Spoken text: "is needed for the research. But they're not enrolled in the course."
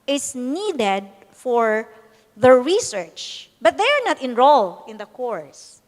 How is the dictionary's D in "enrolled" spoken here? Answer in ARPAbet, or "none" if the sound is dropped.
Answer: none